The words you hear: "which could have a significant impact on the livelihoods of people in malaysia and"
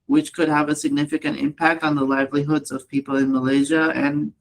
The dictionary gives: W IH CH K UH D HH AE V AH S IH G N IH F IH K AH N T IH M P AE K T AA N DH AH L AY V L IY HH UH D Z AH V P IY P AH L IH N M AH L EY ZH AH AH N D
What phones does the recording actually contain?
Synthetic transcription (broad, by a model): W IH CH K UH D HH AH V AH S IH G N IH F IH K AH N T IH M P AE K T N DH AH L AY V L IY HH UH D Z AH V P IY P L IH N M AH L EY ZH AH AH N